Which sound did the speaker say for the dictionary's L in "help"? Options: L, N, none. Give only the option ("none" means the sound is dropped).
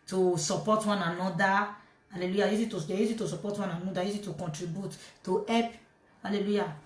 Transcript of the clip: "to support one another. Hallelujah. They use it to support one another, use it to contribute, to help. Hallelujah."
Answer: none